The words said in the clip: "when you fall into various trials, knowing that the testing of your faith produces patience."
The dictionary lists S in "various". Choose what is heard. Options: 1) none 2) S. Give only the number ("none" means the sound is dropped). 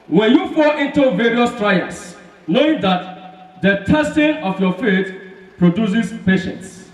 2